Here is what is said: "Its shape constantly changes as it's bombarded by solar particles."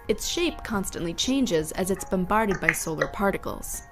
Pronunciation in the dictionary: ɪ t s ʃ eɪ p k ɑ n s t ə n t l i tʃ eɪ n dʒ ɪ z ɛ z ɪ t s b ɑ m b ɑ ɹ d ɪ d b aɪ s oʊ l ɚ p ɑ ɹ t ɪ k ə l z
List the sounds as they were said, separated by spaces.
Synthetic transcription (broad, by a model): ɪ t s ʃ eɪ p k ɑ n s t ə n t l i tʃ eɪ n dʒ ɪ z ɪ z ɪ t s b ɑ m b ɑ ɹ d ɪ d b aɪ s oʊ l ɚ p ɑ ɹ t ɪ k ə l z